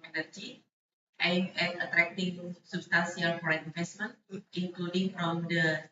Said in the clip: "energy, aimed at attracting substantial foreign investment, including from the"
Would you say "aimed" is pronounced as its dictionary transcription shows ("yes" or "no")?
no